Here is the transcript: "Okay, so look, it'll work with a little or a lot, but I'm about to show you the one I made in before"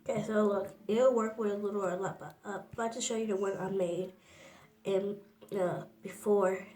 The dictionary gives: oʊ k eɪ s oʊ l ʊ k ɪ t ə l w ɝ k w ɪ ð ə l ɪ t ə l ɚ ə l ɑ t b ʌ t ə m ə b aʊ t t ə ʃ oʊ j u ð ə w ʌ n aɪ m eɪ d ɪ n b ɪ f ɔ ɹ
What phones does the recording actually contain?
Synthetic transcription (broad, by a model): k eɪ s oʊ ʊ ʌ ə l w ɝ k w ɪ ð ə l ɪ t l ɚ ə l ɑ t b ʌ t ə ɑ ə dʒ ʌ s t ʃ oʊ j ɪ ð ə w ʌ n aɪ m eɪ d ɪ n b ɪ f ɔ ɹ